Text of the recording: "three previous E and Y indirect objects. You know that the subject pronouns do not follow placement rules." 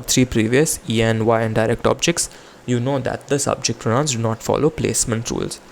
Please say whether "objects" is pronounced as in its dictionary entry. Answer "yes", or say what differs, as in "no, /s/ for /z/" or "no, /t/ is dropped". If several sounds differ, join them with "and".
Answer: yes